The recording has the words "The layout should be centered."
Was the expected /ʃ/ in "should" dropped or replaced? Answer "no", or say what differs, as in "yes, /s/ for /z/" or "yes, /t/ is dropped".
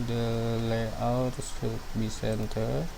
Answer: yes, /s/ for /ʃ/